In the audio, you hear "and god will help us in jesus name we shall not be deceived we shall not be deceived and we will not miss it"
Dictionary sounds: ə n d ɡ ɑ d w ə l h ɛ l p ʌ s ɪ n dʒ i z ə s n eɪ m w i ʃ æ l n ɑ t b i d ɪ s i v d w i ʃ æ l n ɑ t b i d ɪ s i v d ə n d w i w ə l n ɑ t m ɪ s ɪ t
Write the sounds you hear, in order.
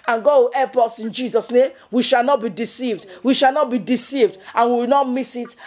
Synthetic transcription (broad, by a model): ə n ɡ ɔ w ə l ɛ p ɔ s ɪ n dʒ i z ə s n eɪ m w i ʃ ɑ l n ɑ t b i d ɪ s i v d w i ʃ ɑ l n ɑ t b i d ɪ s i v d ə n w i w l n ɑ t m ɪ s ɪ t